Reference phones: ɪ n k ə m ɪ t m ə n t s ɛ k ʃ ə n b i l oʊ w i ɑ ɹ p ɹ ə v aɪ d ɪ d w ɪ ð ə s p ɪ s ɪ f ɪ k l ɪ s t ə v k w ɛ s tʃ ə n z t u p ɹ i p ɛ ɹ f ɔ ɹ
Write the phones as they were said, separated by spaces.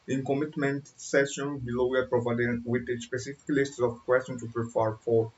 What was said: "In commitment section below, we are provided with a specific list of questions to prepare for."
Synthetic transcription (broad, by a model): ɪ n k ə m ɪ t m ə n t s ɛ ʃ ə n b i l oʊ w i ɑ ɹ p ɹ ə v aɪ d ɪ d w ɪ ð ə s p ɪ s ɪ f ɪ k l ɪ s t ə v k w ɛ s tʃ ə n t u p ɹ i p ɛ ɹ f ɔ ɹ